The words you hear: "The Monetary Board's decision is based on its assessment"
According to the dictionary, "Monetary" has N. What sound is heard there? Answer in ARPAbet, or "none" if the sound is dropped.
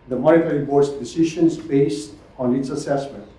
none